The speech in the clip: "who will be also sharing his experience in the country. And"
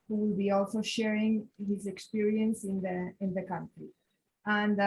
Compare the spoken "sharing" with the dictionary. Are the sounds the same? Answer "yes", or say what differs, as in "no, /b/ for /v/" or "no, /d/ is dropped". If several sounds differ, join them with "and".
yes